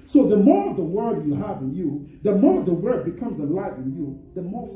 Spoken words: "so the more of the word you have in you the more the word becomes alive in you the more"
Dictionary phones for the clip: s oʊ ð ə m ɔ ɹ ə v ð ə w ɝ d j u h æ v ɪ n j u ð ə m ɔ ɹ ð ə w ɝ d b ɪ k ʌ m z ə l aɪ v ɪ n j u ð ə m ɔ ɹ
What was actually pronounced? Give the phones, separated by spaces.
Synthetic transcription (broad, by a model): s oʊ ð ə m ɔ ɹ ə v ð ə w ɝ d j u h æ v ɪ n j u ð ə m ɔ ɹ ð ə w ɝ d b ɪ k ʌ m z ə l aɪ v ɪ n j u ð ə m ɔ ɹ